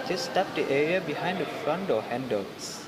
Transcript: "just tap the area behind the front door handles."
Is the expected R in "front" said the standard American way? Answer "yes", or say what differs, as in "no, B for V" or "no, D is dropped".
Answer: yes